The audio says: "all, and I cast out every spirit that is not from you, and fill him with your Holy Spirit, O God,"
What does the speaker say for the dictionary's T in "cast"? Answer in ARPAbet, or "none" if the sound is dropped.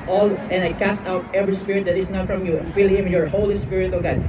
T